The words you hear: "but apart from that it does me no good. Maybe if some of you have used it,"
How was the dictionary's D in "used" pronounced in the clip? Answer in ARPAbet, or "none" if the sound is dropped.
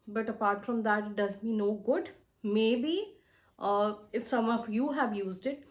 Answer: D